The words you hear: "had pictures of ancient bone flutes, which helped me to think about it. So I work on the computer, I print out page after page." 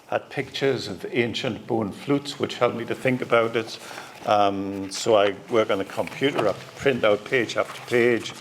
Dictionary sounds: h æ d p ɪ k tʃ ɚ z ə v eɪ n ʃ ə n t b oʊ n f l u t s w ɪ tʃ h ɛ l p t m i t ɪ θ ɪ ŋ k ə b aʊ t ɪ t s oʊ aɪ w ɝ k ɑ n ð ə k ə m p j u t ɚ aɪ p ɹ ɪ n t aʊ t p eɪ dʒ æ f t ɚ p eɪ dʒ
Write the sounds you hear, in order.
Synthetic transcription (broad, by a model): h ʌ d p ɪ k tʃ ɚ z ə v eɪ n ʃ ə n t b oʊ n f l u t s w ɪ tʃ h ɛ l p m i t ɪ θ ɪ ŋ k ə b aʊ t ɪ t s oʊ aɪ w ɝ k n ð ə k ə m p j u t ɚ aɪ p ɹ ɪ n t aʊ t p eɪ dʒ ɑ f t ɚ p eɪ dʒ